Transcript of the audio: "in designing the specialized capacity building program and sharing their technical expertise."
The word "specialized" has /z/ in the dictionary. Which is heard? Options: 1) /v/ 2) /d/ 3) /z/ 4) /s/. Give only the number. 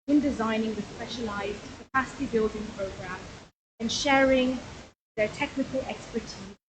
3